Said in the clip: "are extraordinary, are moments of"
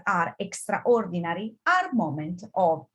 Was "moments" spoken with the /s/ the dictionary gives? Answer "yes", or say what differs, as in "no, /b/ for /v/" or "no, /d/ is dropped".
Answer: no, /s/ is dropped